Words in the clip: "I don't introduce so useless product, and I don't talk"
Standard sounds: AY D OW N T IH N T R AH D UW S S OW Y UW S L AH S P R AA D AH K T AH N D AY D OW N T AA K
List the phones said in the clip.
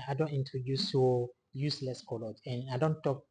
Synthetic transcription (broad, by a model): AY D OW N T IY N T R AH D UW S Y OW Y UW S L AH S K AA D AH T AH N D AY D OW N T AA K